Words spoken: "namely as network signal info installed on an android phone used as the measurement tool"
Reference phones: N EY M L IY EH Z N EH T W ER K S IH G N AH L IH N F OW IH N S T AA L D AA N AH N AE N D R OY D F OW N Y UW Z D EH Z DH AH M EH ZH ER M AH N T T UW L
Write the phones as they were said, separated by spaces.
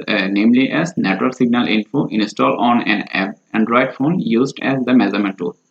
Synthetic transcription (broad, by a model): N EY M L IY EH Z N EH T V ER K S IH G N AH L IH N F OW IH N S T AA L AA N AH N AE N D R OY D F OW N Y UW Z D EH Z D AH M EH Z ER M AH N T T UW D